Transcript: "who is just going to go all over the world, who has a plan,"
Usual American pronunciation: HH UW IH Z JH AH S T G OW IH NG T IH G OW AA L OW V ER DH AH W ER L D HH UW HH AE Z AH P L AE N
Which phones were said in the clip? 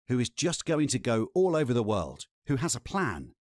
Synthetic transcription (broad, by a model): HH UW IH Z JH AH S G OW IH NG T IH G OW AA L OW V ER DH AH W ER L D HH UW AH Z AH P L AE N